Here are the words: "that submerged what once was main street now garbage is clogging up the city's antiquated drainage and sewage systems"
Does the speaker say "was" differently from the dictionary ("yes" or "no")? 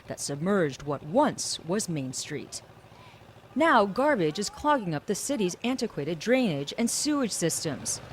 no